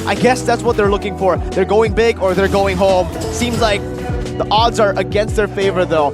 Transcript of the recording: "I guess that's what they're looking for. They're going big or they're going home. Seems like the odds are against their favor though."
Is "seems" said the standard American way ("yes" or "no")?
yes